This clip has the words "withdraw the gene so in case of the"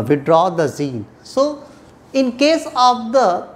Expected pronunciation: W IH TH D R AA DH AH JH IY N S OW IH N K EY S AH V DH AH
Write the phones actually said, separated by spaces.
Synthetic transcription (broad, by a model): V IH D R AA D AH Z IY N S OW IH N K EY S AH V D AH